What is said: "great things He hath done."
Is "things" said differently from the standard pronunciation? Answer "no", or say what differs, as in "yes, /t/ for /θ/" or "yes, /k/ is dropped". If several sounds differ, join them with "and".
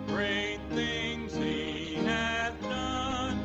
no